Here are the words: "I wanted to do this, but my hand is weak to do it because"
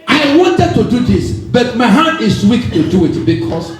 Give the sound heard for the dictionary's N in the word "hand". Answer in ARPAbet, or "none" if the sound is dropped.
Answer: none